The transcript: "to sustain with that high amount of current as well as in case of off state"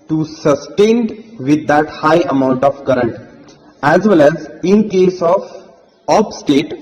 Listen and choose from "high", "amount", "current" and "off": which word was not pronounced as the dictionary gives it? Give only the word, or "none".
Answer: off